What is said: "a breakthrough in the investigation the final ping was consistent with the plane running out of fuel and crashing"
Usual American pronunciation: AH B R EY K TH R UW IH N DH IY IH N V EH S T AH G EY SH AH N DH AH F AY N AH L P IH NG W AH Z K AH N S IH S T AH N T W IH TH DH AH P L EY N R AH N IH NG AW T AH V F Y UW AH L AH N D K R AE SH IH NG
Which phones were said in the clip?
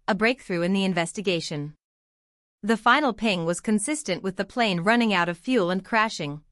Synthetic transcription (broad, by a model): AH B R EY K TH R UW IH N DH IY IH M V EH S T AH G EY SH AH N DH AH F AY N L P IH NG W AH Z K AH N S IH S T AH N T W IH DH AH P L EY N R AH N IH NG AW T AH V F Y UW L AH N K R AE SH IH NG